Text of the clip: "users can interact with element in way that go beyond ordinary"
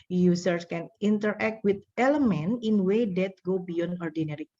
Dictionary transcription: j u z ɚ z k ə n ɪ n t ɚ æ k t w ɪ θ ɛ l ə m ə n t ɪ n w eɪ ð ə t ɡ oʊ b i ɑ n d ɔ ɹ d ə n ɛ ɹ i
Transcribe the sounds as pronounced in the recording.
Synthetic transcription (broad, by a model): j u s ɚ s k ə n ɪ n t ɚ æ k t w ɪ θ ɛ l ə m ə n ɪ n w eɪ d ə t ɡ oʊ b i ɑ n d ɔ ɹ d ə n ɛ ɹ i